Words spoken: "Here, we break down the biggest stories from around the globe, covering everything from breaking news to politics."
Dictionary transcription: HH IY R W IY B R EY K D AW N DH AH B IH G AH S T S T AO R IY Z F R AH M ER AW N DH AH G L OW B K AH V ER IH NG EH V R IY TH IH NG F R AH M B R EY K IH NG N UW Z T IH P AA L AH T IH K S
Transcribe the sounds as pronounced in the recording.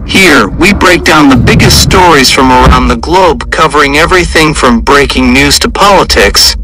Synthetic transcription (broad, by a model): HH IY R W IY B R EY K D AW N DH AH B IH G AH S T S T AO R IY Z F R AH M ER AW N DH AH G L OW B K AH V ER IH NG EH V R IY TH IH NG F R AH M B R EY K IH NG N UW Z T IH P AA L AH T IH K S